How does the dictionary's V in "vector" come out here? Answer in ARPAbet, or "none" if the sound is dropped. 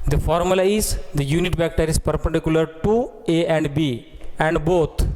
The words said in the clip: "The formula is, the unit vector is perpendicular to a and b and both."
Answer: B